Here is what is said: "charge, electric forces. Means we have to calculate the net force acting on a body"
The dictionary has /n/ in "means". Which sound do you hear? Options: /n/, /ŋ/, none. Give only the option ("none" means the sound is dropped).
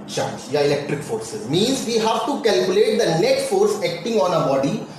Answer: /n/